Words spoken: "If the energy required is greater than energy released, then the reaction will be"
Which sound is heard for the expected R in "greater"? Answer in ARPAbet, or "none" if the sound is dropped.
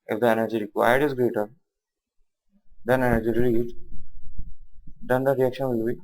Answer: R